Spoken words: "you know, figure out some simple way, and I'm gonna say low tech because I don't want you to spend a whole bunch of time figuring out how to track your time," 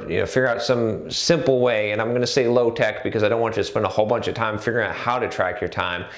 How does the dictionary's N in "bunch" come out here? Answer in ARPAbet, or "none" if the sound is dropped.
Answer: N